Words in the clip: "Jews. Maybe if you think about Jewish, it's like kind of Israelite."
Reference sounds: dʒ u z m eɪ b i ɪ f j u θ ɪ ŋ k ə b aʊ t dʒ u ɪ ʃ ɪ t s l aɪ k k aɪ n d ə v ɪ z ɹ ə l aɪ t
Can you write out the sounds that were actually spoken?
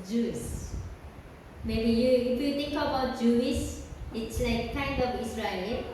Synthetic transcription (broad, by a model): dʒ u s m eɪ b i ɪ f j u t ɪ ŋ k ə b aʊ t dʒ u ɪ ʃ ɪ t s l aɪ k k aɪ n d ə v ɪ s ɹ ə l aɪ